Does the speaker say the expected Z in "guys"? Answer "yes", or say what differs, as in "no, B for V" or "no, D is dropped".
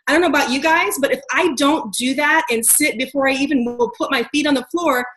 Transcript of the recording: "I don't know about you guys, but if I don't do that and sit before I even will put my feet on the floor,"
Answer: yes